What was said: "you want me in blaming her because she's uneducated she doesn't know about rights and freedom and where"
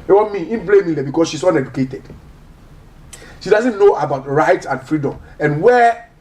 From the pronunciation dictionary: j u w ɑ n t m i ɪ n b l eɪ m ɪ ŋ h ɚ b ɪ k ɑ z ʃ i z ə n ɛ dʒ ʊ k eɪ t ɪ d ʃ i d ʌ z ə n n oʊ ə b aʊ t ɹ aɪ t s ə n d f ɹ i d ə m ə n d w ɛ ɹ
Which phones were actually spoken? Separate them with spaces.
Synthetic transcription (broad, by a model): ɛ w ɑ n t m i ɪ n b l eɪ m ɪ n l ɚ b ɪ k ɑ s ʃ i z ə n ɛ dʒ ʊ k eɪ t ɪ d ʃ i d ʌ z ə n n oʊ ə b aʊ t ɹ aɪ t ə n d f ɹ i d ə m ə n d w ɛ